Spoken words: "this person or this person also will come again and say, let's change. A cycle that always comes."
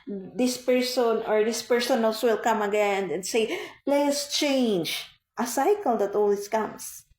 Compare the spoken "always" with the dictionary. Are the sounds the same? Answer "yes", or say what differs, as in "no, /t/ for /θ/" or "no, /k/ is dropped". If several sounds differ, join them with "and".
no, /s/ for /z/